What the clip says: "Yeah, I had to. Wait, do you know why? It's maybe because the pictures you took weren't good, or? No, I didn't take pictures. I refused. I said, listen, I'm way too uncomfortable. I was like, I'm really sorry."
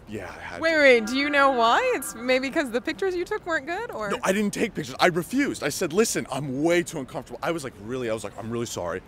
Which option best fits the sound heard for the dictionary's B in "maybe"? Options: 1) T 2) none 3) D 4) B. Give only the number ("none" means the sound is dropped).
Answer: 2